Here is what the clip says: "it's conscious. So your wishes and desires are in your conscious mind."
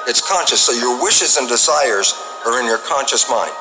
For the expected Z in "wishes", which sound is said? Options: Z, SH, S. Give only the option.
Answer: Z